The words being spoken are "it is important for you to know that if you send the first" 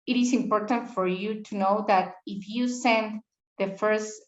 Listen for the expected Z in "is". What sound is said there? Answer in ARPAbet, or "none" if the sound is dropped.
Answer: S